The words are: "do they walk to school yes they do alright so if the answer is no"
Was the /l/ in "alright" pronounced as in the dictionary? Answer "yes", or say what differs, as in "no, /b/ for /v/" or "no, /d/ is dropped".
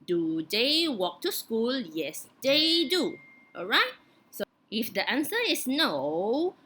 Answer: yes